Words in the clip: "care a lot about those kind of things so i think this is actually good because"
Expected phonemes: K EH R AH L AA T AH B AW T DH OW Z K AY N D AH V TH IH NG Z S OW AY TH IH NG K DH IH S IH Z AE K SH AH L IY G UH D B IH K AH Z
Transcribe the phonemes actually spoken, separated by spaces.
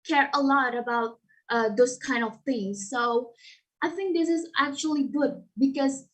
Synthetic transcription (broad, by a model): K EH R AH L AA T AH B AW T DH OW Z K AY N D AH V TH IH NG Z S OW AY TH IH NG K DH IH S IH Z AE K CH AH L IY G UH D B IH K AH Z